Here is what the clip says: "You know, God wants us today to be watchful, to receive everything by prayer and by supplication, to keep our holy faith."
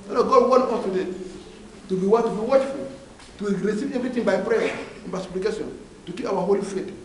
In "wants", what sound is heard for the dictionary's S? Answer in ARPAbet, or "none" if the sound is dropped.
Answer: none